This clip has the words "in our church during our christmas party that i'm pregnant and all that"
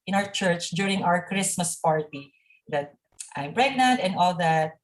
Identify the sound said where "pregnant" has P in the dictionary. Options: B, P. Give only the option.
B